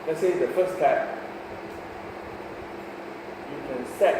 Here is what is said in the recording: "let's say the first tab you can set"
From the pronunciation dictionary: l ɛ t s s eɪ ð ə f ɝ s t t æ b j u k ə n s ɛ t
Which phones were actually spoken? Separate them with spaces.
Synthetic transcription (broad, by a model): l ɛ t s s eɪ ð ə f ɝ s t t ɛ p j u k ə n s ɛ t